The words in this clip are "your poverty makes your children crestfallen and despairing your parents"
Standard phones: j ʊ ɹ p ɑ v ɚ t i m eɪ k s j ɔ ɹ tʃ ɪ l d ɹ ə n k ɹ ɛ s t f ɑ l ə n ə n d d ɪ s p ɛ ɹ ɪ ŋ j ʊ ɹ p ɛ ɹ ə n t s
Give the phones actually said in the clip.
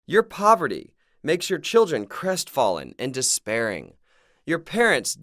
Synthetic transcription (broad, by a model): j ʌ ɹ p ɑ v ɚ t i m eɪ k s j ɔ ɹ tʃ ɪ l d ɹ ə n k ɹ ɛ s t f ɑ l ə n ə n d d ɪ s p ɛ ɹ ɪ ŋ j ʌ ɹ p ɛ ɹ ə n t s